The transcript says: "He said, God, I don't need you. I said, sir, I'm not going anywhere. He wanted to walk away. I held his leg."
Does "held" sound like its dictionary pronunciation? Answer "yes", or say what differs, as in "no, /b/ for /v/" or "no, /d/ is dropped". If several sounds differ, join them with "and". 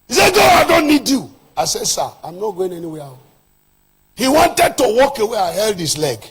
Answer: yes